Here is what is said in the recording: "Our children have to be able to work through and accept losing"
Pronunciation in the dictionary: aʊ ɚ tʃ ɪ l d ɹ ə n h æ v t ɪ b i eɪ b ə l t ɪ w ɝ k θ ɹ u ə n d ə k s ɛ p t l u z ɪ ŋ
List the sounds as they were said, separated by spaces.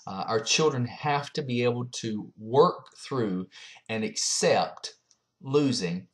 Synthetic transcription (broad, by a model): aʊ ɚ tʃ ɪ l d ɹ ə n h æ f t ɪ b i eɪ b l t ɪ w ɝ k θ ɹ u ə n ə k s ɛ p t l u z ɪ ŋ